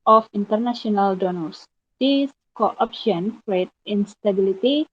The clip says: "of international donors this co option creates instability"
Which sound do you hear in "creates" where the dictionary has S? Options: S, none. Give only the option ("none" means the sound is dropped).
none